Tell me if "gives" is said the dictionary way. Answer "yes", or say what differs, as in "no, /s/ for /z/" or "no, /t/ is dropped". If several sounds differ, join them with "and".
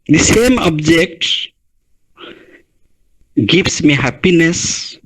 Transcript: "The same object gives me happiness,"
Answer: no, /s/ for /z/